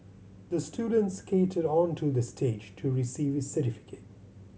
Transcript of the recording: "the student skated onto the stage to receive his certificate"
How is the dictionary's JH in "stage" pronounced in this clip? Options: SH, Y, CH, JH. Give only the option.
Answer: JH